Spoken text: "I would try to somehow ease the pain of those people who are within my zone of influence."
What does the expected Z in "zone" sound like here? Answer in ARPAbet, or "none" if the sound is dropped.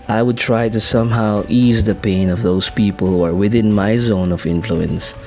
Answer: Z